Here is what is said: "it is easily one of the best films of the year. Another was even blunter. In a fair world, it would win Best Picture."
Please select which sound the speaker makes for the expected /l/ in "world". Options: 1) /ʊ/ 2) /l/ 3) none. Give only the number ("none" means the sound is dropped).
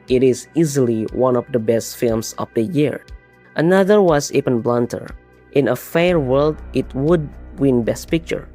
2